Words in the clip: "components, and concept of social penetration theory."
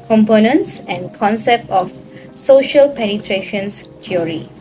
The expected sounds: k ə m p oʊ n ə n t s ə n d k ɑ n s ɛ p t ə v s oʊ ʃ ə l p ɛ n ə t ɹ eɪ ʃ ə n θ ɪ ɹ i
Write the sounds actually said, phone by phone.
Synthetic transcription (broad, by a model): k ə m p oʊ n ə n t s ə n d k ɑ n s ɛ p t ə f s oʊ ʃ ə l p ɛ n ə t ɹ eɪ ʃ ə n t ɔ ɹ i